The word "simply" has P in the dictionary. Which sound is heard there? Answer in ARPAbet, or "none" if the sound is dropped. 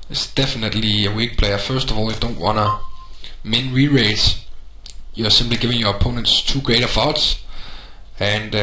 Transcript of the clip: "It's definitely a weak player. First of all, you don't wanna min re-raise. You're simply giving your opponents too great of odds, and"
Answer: B